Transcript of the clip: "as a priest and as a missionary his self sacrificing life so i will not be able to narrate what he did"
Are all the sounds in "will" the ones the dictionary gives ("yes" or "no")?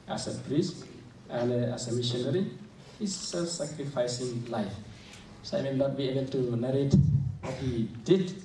no